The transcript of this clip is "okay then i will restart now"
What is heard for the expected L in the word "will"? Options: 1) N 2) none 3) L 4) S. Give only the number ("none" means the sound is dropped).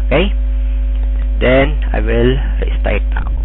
3